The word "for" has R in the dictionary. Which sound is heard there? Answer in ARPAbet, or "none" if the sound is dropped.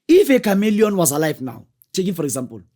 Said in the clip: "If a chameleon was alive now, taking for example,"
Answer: R